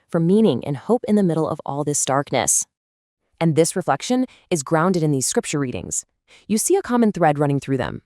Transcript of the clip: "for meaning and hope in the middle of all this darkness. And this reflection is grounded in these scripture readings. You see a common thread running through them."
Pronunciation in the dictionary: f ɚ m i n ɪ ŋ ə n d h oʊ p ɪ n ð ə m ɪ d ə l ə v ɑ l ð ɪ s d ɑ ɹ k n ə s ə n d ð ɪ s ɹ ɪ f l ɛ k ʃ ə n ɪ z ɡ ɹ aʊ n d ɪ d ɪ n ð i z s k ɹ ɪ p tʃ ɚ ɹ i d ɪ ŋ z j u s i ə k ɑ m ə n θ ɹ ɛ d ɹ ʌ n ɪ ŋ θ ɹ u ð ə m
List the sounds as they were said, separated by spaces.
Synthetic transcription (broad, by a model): f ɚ m i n ɪ ŋ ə n h oʊ p ɪ n ð ə m ɪ d l ə v ɑ l ð ɪ s d ɑ ɹ k n ə s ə n ð ɪ s ɹ ɪ f l ɛ k ʃ ə n ɪ z ɡ ɹ aʊ n d ɪ d ɪ n ð i z s k ɹ ɪ p tʃ ɚ ɹ i d ɪ ŋ z j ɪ s i ə k ɑ m ə n θ ɹ ɛ d ɹ ʌ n ɪ ŋ θ ɹ u ð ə m